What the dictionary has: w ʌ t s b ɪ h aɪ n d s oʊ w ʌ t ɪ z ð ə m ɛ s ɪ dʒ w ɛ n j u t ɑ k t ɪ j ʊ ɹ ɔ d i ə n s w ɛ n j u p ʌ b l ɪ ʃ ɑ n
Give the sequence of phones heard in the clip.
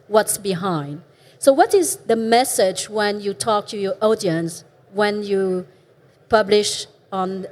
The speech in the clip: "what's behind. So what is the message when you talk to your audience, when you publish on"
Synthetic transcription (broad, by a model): w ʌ t s b ɪ h aɪ n d s oʊ w ʌ t ɪ z ð ə m ɛ s ɪ dʒ w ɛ n j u t ɑ k t ɪ j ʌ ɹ ɔ d i ə n s w ɛ n j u p ʌ b l ɪ ʃ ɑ n